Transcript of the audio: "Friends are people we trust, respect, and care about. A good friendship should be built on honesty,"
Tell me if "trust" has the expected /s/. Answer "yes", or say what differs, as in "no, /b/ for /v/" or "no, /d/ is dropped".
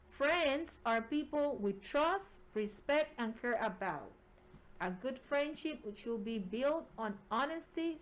yes